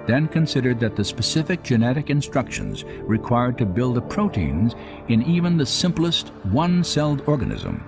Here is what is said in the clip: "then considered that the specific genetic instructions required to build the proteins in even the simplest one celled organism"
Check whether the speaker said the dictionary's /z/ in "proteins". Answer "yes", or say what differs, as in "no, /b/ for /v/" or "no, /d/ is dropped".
yes